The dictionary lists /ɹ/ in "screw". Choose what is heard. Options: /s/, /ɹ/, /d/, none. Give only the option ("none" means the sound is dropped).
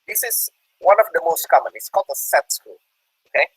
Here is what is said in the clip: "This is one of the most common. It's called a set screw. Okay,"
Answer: none